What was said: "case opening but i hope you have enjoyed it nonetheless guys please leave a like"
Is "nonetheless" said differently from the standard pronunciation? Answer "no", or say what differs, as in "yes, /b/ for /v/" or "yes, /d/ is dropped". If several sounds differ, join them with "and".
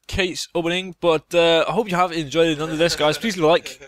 yes, /ð/ is dropped